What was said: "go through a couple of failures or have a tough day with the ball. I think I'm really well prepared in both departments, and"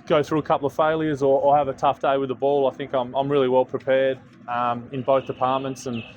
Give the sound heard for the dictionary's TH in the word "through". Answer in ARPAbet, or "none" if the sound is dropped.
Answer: TH